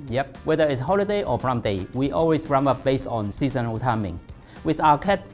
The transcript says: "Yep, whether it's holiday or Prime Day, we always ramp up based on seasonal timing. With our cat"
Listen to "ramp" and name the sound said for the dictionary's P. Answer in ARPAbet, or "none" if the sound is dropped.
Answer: none